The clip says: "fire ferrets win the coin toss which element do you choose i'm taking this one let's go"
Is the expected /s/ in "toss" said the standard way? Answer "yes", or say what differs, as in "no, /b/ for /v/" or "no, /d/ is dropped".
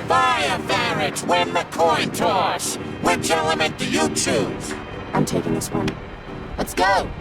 no, /ʃ/ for /s/